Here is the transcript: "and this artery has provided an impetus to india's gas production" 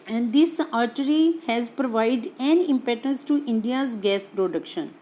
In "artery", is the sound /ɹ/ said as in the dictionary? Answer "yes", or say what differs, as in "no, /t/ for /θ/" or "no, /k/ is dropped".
yes